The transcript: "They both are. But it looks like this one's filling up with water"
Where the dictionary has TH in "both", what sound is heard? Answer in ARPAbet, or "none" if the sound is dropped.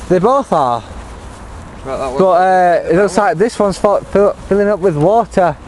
TH